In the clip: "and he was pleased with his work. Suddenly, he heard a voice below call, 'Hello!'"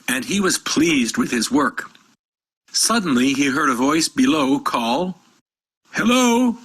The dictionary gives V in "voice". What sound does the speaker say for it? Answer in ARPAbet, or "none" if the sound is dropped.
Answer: V